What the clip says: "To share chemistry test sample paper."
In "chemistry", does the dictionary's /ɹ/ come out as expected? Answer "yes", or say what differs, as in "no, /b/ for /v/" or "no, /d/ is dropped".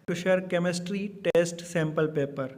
yes